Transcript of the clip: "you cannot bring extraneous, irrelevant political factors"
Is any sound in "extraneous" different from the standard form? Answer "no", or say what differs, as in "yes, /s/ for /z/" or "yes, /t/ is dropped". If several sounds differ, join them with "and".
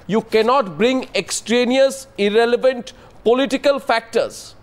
no